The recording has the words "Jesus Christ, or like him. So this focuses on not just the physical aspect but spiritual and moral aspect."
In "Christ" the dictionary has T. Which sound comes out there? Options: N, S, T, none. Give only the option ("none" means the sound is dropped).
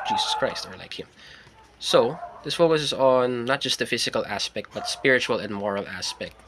T